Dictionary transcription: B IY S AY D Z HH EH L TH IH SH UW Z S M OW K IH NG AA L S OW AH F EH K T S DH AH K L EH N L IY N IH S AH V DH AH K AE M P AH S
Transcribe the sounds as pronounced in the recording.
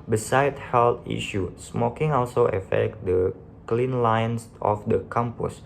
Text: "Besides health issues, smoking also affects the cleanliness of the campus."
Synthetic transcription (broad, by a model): B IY S AY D HH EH L T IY SH UW S M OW K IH NG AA L S OW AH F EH K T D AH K L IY N L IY N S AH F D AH K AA M P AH S